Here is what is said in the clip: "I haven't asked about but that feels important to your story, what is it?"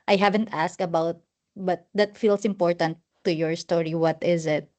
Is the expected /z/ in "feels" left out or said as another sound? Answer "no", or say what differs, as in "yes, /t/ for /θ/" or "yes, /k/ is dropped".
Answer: yes, /s/ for /z/